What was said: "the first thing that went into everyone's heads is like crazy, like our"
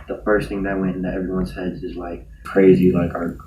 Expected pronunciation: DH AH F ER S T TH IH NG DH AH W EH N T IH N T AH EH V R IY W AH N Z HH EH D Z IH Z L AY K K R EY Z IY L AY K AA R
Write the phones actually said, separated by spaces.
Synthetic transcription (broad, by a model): DH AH F ER S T TH IH NG DH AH W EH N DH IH T EH V R IY W AH N Z HH EH D Z IH Z L AY K K R EY Z IY L AY K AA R